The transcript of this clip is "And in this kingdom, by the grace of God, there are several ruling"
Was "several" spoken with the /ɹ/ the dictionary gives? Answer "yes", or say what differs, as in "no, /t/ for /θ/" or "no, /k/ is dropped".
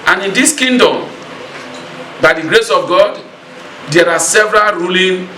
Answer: yes